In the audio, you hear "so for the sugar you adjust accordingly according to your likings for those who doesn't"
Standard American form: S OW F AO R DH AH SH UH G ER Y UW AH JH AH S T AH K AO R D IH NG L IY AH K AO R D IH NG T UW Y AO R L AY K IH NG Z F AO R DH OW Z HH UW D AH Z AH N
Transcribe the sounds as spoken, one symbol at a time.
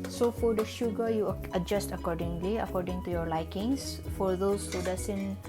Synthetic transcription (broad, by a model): S OW F AO R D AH SH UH G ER Y UW AH JH AH S T AH K AO R D IH NG L IY AH K AO R D IH NG T UW Y AO R L AY K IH NG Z F AO R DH OW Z HH UW D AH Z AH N